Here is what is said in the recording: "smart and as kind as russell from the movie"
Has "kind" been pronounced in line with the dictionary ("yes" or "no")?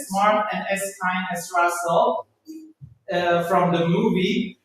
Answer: no